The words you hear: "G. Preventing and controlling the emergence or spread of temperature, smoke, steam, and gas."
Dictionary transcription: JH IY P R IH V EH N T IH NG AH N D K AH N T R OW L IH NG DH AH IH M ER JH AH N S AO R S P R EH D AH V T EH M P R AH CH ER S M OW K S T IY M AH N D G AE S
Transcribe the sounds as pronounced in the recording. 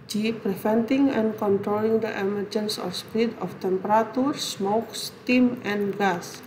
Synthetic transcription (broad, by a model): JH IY P R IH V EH N T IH NG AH N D K AH N T R OW L IH NG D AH IH M ER JH AH N S AO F S P R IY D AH F T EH M P R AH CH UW S M OW K S T IY M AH N G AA S